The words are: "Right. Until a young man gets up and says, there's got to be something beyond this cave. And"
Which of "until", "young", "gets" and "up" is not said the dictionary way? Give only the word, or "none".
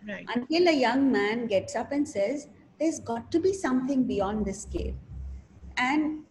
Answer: none